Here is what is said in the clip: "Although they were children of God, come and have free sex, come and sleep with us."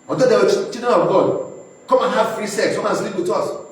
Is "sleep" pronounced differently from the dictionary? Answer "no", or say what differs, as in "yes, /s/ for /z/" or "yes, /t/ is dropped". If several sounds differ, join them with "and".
no